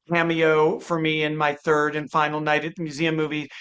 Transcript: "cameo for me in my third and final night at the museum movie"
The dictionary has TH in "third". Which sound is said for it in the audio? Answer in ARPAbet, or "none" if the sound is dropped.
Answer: TH